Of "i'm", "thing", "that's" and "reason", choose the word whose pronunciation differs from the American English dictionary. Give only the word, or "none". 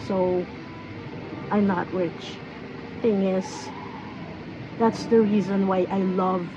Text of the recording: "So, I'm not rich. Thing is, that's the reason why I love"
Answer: none